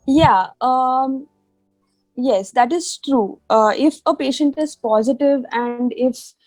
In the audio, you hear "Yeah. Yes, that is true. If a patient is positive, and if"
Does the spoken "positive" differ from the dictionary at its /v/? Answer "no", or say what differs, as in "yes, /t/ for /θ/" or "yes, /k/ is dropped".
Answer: no